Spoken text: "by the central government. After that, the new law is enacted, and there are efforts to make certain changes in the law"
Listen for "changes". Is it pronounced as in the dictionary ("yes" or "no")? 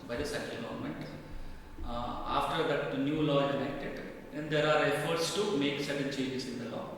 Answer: no